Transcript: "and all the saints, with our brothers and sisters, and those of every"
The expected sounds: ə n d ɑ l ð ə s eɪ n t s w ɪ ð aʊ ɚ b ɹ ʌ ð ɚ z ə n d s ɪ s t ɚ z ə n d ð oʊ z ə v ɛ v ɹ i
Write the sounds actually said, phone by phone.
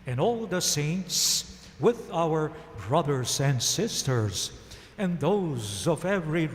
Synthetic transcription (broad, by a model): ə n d ɑ l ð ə s eɪ n t s w ɪ ð aʊ ɚ b ɹ ʌ ð ɚ z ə n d s ɪ s t ɚ z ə n ð oʊ z ə v ɛ v ɹ i